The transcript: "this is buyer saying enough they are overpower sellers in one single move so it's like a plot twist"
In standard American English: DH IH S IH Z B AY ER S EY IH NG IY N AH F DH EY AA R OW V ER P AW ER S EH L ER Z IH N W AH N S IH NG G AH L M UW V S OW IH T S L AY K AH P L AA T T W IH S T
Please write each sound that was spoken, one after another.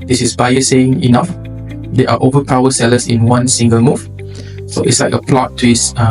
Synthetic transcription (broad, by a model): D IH S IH S B AY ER S EY IH NG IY N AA F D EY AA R OW V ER P AW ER S EH L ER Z IH N W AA N S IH NG G AH L M UW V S OW IH T S L AY K AH P L AA T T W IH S